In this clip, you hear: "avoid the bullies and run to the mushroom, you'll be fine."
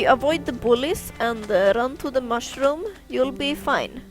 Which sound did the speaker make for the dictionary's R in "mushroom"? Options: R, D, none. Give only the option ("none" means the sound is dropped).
R